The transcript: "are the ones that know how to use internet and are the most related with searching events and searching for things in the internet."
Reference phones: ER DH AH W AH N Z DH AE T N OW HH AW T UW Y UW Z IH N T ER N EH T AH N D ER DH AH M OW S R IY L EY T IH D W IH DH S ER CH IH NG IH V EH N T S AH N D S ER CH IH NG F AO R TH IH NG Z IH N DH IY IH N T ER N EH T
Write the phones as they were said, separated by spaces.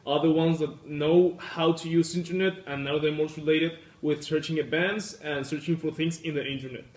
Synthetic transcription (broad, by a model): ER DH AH W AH N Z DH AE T N OW HH AW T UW Y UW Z IH N T ER N EH T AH N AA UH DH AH M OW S R IY L EY T IH D W IH DH S ER CH IH NG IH B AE N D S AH N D S ER CH IH NG F AO R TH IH NG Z IH N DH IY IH N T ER N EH T